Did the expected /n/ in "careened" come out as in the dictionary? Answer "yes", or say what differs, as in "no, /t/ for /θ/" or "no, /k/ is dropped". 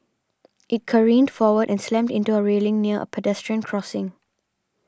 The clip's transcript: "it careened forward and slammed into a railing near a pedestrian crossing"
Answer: yes